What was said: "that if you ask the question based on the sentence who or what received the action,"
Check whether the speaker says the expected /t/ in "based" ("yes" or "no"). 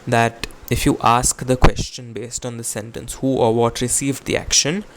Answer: yes